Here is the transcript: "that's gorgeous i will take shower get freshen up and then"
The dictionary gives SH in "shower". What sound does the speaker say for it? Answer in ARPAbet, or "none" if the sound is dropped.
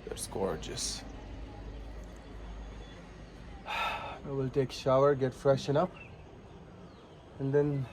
SH